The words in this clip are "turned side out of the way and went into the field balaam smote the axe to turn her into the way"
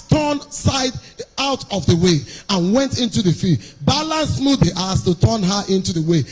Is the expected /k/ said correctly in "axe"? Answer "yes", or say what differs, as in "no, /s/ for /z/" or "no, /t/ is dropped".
no, /k/ is dropped